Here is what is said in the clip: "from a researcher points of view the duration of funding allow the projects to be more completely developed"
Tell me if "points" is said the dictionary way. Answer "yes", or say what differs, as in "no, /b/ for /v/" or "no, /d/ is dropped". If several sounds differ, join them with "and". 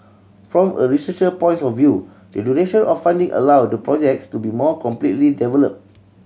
no, /s/ is dropped